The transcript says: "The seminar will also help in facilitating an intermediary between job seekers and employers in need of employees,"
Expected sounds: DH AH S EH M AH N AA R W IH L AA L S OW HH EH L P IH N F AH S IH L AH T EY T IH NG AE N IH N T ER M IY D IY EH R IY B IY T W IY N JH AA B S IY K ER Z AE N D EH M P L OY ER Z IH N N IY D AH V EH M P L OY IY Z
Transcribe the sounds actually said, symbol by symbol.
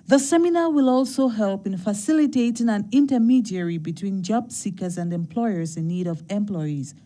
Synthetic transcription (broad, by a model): DH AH S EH M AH N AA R W IH L AA L S OW HH EH L P IH N F AH S IH L AH T EY T IH NG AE N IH N T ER M IY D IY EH R IY B IY T W IY N JH AA B S IY K ER Z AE N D EH M P L OY ER Z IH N N IY D AH V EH M P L OY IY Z